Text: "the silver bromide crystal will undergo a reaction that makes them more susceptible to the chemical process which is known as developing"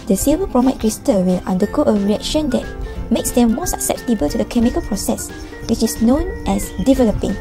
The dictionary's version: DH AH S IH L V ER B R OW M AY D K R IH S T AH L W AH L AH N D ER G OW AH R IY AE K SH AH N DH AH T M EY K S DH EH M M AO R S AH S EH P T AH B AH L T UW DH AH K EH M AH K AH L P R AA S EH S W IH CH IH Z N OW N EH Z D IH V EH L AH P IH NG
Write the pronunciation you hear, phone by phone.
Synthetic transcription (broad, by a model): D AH S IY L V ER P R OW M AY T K R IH S T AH W AH L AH N D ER G OW AH R IY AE K SH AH N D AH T M EY K S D EH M M AO S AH S EH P T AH B AH L T UW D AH K EH M AH K AH L P R AA S EH S W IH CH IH S N OW N EH S D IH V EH L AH P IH NG